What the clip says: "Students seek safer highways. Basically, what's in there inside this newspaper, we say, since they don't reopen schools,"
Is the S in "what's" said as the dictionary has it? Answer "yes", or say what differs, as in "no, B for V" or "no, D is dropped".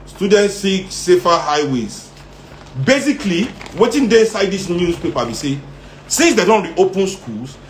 no, S is dropped